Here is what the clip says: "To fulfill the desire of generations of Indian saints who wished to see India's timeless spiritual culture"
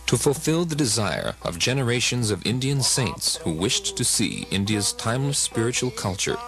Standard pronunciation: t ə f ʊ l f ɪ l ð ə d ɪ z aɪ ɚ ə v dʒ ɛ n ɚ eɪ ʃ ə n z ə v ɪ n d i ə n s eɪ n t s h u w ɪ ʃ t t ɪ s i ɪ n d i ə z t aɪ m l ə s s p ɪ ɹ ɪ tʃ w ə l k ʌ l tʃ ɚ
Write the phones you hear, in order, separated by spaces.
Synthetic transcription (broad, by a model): t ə f l f ɪ l ð ə d ɪ z aɪ ɚ ə v dʒ ɛ n ɚ eɪ ʃ ə n z ə v ɪ n d i ə n s eɪ n t s h u w ɪ ʃ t t ɪ s i ɪ n d i ə z t aɪ m l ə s s p ɪ ɹ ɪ tʃ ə l k ʌ l tʃ ɚ